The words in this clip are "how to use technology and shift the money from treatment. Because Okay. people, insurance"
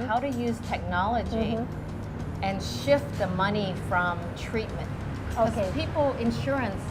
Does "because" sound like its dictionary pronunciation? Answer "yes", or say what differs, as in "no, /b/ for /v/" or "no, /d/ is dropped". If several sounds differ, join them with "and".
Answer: no, /k/ is dropped